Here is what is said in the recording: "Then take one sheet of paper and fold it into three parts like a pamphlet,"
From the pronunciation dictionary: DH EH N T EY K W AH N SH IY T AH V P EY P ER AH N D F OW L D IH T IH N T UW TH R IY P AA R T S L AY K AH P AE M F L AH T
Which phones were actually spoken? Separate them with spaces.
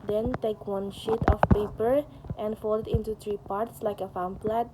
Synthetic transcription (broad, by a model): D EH N T EY K W AH N SH IY T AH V P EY P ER AH N D F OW L IH T IH N T UW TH R IY P AA R T S L AY K AH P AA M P L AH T